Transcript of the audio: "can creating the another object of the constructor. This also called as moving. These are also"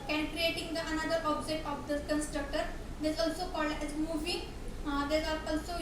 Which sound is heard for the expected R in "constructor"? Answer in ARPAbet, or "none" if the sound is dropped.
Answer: R